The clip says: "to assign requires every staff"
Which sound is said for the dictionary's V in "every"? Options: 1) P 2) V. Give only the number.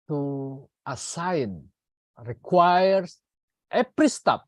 1